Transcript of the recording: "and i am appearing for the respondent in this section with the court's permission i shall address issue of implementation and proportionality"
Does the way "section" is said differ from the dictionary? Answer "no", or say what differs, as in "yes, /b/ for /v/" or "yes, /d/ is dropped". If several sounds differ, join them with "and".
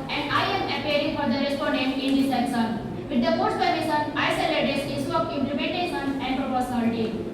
yes, /s/ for /ʃ/